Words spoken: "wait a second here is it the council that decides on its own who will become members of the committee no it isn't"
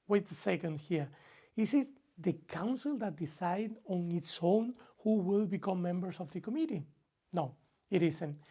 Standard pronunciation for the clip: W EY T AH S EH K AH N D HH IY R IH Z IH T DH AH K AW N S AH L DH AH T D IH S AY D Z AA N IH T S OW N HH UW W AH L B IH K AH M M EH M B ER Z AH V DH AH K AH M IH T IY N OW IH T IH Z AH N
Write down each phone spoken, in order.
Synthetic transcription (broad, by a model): W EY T AH S EH K AH N D HH IY R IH S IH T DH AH K AW N S AH L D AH T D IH S AY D AA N IH T S OW N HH UW W AH L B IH K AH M M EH M B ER S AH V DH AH K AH M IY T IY N OW IH T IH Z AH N